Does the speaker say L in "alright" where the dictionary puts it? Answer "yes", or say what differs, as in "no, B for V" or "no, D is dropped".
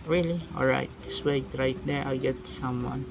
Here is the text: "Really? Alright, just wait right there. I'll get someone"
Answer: yes